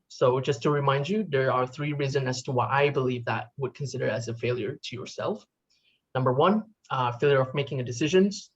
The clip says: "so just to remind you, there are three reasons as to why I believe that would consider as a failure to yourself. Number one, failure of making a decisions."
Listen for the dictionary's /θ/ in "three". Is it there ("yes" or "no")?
yes